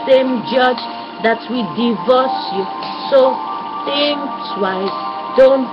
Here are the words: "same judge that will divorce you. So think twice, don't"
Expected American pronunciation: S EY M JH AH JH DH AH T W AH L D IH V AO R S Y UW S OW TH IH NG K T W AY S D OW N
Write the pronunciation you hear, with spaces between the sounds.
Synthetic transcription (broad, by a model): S EY M JH AH JH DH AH T W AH D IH V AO S Y UW S OW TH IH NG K S W AY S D OW N